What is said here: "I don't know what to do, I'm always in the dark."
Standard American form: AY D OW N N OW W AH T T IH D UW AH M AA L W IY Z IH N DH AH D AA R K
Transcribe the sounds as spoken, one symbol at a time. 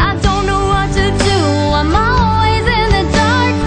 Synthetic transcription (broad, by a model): AY D OW N N OW W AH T T IH D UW AH M AA L W IY Z IH N DH AH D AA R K